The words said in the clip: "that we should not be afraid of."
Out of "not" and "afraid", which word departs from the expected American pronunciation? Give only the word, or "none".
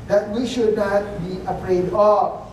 afraid